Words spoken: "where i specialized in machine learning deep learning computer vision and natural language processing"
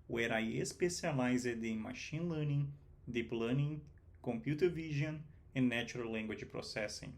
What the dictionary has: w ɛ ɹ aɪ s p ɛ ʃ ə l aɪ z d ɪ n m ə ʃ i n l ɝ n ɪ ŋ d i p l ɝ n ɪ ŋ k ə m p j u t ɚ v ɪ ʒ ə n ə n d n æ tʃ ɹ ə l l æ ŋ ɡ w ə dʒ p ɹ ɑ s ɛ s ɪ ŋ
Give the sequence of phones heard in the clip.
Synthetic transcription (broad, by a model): w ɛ ɹ aɪ s p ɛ s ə l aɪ z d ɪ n m ə ʃ i n l ɝ n ɪ ŋ d i p l ɝ n ɪ ŋ k ə m p j u t ɚ v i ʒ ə n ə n n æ tʃ ɹ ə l l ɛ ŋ ɡ w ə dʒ p ɹ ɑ s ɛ s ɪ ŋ